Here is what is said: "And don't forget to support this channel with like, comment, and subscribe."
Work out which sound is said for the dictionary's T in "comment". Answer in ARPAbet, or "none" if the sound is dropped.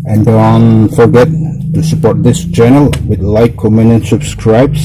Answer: none